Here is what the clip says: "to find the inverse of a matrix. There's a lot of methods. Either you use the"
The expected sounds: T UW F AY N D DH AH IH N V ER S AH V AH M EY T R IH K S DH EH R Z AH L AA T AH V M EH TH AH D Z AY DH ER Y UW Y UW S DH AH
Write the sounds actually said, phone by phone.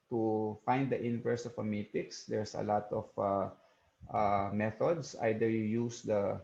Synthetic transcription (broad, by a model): T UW F AY N D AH IH N V ER S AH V AH M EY T IH K S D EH R S AH L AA T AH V M EH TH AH D S AY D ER Y UW Y UW S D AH